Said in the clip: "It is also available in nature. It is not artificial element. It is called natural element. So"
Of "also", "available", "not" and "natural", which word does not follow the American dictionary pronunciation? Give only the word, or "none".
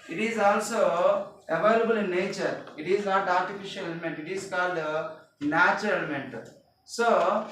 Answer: natural